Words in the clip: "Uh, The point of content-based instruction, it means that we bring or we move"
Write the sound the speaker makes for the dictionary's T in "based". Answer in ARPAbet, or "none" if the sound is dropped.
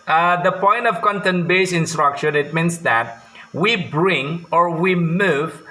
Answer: none